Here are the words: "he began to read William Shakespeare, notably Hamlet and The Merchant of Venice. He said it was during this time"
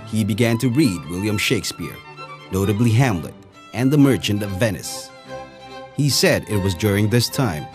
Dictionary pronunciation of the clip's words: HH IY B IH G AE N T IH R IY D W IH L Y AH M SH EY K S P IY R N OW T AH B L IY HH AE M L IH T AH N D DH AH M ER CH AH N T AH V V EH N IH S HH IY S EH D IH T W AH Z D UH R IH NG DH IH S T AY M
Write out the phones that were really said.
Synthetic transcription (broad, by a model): HH IY B IH G AE N T IH R IY D W IH L Y AH M SH EY K S P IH R N OW T AH B L IY HH AE M L IH T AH N DH AH M ER CH AH N T AH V V EH N IH S HH IY S EH D IH T W AH Z D UH R IH NG DH IH S T AY M